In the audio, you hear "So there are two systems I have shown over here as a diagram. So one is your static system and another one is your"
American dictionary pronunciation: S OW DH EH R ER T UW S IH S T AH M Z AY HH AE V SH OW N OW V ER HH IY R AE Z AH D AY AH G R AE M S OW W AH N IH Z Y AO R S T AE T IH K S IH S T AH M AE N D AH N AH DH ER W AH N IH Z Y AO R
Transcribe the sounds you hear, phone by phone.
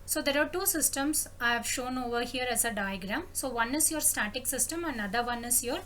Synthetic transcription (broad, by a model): S OW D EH R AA T UW S IH S T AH M S AY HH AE V SH OW N OW V ER HH IY R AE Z AH D AY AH G R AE M S OW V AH N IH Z Y AO R S T AE T IH K S IH S T AH M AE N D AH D AH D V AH N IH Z Y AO R